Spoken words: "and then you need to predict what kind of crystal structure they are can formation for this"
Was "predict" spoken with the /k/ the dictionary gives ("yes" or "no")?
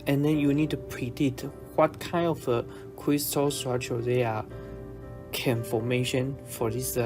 no